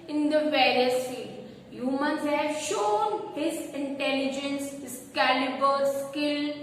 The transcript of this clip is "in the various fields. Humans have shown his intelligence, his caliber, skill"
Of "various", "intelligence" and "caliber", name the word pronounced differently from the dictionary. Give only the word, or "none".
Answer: none